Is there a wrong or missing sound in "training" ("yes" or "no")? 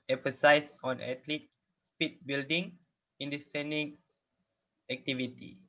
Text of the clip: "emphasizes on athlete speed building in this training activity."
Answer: yes